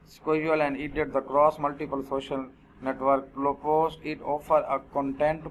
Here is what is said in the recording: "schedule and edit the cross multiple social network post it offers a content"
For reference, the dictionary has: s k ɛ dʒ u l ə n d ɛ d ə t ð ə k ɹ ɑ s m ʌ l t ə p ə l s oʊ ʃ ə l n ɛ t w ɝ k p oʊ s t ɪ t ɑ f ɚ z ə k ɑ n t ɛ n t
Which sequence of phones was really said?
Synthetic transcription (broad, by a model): s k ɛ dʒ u l ə n d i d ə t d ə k ɹ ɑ s m ʌ l t ə p ə l s oʊ ʃ ə l n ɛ t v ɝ k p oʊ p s ɪ t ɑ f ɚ ə k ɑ n t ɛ n t